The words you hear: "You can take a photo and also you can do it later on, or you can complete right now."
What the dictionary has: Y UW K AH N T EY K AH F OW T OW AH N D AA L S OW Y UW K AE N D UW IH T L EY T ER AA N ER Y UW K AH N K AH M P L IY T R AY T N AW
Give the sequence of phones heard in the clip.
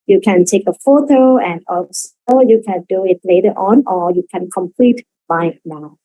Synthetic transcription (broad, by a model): Y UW K AH N T EY K AH F OW T OW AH N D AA S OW Y UW K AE N D UW IH T L EY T ER AA N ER Y UW K AH N K AH M P L IY T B AY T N AW